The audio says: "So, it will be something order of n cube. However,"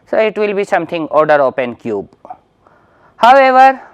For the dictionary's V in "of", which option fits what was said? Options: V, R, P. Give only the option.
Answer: P